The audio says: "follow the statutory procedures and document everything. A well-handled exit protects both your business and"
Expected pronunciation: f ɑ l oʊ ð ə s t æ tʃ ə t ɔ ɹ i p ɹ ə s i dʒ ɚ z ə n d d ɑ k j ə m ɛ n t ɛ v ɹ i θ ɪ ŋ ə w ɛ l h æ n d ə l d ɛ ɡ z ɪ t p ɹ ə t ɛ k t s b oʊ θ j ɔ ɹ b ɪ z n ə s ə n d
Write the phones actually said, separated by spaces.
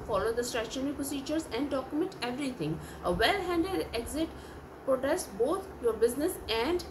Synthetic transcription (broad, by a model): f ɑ l oʊ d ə s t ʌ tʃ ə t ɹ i p ɹ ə s i dʒ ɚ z ə n d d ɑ k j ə m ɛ n t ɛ v ɹ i t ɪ ŋ ə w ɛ l h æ n d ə d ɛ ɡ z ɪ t p ɹ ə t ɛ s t b oʊ t j ɔ ɹ b ɪ z n ə s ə n d